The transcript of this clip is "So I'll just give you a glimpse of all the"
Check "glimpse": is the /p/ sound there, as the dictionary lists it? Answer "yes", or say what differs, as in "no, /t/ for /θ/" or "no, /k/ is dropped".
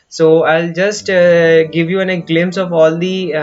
no, /p/ is dropped